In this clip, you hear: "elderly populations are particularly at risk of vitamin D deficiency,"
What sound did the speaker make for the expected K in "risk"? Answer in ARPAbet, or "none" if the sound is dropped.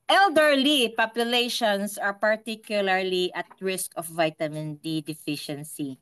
K